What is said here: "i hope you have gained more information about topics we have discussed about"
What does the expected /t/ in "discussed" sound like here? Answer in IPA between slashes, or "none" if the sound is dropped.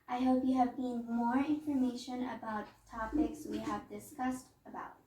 /t/